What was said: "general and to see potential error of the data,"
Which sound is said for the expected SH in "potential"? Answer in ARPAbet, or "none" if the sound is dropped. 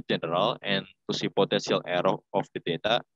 S